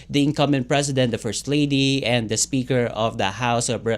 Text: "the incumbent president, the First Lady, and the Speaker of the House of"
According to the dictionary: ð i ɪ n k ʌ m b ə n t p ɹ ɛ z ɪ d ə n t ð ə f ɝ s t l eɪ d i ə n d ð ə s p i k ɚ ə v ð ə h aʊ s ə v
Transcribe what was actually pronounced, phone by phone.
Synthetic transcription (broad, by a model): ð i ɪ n k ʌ m ə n p ɹ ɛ s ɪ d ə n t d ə f ɝ s t l eɪ d i ə n d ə s p i k ɚ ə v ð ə h aʊ s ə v